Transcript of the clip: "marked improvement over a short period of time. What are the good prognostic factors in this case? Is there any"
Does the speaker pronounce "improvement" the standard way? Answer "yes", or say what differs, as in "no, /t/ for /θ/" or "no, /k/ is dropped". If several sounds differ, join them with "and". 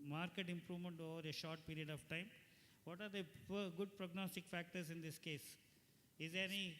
yes